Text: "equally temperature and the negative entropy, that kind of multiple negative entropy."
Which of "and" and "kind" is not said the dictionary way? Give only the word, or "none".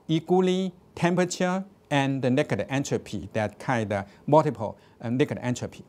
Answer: kind